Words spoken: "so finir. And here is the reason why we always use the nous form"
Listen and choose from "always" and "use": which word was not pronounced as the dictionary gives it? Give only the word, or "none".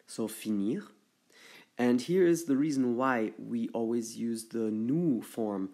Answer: none